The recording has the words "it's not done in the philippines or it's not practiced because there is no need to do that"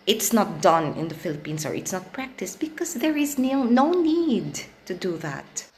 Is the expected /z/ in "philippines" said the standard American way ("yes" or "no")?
no